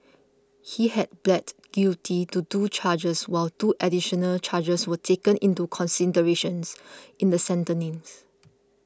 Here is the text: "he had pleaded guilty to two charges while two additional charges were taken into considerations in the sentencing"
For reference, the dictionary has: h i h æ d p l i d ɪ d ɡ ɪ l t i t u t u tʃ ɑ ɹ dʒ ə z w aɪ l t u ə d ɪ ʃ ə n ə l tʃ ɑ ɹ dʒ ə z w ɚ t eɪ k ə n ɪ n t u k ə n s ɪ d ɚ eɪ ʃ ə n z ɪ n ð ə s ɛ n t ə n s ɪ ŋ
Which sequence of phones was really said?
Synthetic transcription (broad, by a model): h i h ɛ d b l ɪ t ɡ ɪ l t i t u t u tʃ ɑ dʒ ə s w aɪ l t u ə d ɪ ʃ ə n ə l tʃ ɑ dʒ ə s w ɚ t eɪ k ə n ɪ n t u k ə n s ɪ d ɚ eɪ ʃ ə n s ɪ n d ə s ɛ n t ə n ɪ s